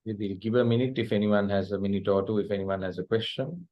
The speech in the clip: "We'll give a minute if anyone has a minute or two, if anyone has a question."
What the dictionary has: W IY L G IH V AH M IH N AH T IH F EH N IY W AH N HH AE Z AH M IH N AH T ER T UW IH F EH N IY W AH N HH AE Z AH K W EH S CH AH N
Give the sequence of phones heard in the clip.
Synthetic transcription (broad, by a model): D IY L G IH V AH M IH N AH T IH F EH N IY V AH N HH AE Z AH M IH N AH T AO T UW IH F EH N IY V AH N HH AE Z AH K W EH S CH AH N